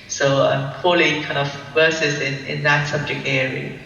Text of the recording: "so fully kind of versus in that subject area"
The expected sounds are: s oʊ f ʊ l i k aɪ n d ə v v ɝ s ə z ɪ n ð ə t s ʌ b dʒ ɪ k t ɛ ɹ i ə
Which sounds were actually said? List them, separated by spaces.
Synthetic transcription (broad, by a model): s oʊ p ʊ l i k aɪ n d ə v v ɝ s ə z ɪ n ð ə t s ʌ b dʒ ɪ k t ɛ ɹ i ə